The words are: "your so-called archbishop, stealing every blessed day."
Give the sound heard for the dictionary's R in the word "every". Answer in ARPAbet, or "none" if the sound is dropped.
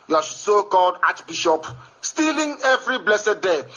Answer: R